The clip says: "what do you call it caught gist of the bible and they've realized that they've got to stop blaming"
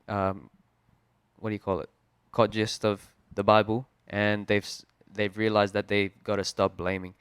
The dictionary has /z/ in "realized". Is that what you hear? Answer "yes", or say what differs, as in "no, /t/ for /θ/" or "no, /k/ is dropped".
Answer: yes